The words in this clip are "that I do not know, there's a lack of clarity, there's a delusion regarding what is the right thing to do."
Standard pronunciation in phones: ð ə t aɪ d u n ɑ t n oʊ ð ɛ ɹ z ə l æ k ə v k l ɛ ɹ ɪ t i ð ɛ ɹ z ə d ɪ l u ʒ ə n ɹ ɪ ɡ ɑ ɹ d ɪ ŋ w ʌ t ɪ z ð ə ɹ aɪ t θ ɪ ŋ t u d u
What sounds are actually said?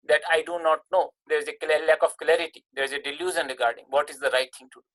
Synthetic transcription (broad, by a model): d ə t aɪ d u n ɑ t n oʊ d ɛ ɹ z ə l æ k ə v k l ɛ ɹ ɪ t i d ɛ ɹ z ə d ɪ l u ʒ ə n ɹ ɪ ɡ ɑ ɹ d ɪ ŋ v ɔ t ɪ z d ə ɹ aɪ t t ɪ ŋ t u d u